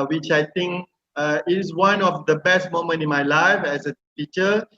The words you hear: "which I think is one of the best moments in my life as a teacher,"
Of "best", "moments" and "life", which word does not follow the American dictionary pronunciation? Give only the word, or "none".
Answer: moments